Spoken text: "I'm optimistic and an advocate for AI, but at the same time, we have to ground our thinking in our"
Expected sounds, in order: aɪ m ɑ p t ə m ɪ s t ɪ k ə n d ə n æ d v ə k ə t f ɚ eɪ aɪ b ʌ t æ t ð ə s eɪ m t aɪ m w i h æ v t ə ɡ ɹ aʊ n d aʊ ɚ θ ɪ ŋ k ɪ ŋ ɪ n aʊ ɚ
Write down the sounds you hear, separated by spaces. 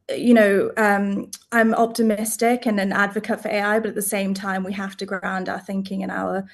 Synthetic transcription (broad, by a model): aɪ m ɑ p t ə m ɪ s t ɪ k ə n ə n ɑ d v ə k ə t f ɚ eɪ aɪ b ʌ t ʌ t ð ə s eɪ m t aɪ m w i h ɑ f t ə ɡ ɹ aʊ n d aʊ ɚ θ ɪ ŋ k ɪ ŋ ɪ n aʊ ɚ